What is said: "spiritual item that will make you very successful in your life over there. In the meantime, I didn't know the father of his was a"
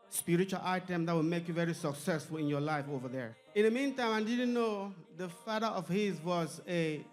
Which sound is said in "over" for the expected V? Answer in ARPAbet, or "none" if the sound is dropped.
V